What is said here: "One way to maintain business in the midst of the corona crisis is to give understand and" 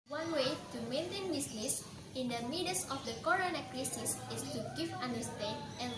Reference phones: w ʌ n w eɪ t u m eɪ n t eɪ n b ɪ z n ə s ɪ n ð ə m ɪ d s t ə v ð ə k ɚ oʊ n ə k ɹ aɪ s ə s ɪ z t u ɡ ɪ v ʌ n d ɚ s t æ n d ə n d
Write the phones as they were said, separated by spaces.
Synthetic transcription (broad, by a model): w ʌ n w eɪ t u m eɪ n t eɪ n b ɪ s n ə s ɪ n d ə m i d s ə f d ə k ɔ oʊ n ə k ɹ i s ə s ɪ s t u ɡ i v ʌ n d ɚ s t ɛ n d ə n